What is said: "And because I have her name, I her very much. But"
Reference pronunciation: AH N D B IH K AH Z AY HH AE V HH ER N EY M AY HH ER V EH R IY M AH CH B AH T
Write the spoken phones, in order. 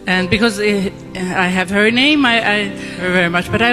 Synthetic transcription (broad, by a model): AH N B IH K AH Z AY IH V HH ER N EY M AY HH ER V EH R IY M AH CH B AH T